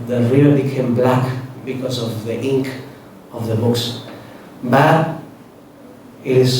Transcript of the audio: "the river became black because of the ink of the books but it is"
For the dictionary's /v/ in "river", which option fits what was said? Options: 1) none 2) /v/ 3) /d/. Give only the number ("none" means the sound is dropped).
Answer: 1